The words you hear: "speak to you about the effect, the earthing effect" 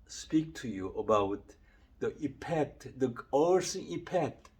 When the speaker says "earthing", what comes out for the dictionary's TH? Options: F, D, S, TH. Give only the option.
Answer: S